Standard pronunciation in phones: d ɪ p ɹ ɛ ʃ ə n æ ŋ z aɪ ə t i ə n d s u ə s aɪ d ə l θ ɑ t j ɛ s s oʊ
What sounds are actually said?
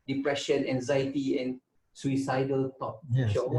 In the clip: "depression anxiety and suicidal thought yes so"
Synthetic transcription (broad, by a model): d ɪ p ɹ ɛ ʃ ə n æ ŋ z aɪ ə t i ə n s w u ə s aɪ d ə l t ɑ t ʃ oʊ